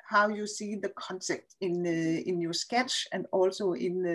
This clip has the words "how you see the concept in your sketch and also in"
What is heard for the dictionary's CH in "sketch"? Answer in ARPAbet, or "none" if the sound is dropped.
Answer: CH